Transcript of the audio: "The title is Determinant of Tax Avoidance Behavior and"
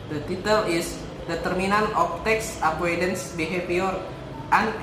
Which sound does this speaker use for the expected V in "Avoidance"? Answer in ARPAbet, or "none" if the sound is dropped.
P